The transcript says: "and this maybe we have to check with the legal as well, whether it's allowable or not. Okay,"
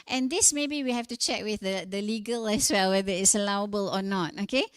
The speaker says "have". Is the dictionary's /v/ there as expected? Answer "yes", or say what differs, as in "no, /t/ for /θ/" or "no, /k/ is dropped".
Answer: no, /f/ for /v/